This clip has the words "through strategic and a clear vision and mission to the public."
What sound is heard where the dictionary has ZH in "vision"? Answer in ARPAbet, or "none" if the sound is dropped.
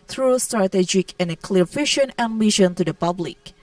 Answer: SH